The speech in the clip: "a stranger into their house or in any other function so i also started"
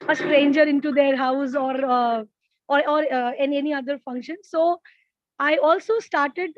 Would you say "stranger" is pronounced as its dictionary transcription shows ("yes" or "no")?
yes